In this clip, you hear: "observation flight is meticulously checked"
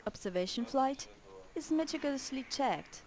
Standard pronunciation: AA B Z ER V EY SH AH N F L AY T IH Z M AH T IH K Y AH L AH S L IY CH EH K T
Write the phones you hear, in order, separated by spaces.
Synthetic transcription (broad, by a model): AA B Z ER V EY SH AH N F L AY T IH Z M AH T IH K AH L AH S L IY CH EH K T